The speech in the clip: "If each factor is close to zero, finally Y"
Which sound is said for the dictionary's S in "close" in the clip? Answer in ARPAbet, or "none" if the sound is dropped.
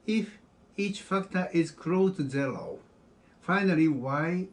none